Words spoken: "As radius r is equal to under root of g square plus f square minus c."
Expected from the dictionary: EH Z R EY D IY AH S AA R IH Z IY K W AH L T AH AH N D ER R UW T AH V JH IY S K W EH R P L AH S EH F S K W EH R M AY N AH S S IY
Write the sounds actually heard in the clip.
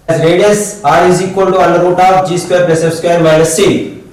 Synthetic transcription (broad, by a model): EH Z R EY D IY AH S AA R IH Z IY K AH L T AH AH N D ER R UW T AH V JH IY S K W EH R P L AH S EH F S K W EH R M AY L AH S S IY